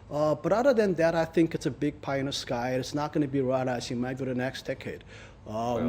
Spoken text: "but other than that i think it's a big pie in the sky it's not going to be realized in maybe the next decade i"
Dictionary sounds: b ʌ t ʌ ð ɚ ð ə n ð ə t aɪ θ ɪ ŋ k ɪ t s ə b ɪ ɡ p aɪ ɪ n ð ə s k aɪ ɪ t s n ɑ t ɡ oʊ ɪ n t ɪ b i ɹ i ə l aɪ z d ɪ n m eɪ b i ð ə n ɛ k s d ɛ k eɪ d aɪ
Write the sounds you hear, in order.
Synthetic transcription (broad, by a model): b ʌ t ʌ ð ɚ ð ə n ð ə t aɪ θ ɪ ŋ k ɪ t s ə b ɪ ɡ p aɪ ɪ n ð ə s k aɪ ɪ t s n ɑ t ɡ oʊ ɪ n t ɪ b i ɹ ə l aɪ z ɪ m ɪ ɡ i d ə n ɛ k s d ɛ k eɪ d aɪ